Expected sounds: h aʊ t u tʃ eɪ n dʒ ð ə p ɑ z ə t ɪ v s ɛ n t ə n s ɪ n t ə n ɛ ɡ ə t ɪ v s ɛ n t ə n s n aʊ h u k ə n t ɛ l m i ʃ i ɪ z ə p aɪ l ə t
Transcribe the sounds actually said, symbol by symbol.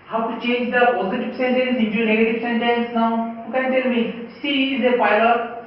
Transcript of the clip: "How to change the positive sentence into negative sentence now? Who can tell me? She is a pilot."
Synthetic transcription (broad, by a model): h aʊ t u tʃ eɪ n dʒ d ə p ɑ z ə t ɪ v s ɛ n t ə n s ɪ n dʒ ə n ɛ ɡ ə t ɪ v s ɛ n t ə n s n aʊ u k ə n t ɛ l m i s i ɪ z ə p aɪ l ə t